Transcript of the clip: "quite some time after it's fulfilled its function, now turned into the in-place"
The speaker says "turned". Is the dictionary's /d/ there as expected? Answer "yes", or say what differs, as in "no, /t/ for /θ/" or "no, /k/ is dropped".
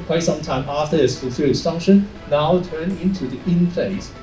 no, /d/ is dropped